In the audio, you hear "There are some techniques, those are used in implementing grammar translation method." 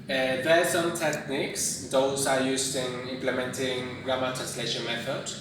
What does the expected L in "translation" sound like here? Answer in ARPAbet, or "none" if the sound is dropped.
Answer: L